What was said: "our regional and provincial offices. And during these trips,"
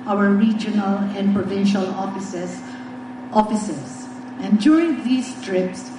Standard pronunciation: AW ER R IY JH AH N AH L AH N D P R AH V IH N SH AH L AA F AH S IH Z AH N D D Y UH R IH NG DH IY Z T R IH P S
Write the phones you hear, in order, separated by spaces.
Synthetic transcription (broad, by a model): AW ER R IY JH AH N AH L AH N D P R AH V IH N SH AH L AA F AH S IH S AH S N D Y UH R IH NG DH IY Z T R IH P S